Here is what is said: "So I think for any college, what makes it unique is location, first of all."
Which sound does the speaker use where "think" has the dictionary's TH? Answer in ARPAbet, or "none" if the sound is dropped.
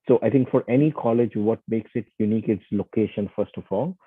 T